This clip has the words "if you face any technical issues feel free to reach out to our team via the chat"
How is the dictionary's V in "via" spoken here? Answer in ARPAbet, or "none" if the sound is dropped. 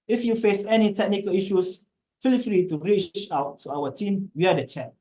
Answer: W